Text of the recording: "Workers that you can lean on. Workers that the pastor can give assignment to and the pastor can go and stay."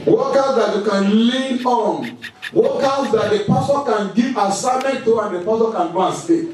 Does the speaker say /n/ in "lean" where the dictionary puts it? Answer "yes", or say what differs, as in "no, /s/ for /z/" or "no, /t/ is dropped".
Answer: no, /n/ is dropped